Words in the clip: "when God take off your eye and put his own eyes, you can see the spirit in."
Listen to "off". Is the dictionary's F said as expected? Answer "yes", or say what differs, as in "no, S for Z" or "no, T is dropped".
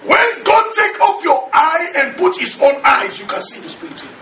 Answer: yes